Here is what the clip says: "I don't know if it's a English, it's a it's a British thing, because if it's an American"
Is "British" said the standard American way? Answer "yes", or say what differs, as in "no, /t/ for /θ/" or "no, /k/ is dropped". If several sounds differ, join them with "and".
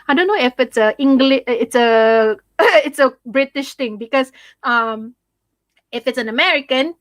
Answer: yes